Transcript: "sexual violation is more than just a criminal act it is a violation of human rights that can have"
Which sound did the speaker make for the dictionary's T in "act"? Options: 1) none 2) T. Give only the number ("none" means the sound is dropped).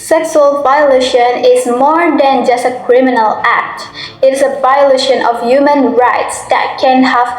2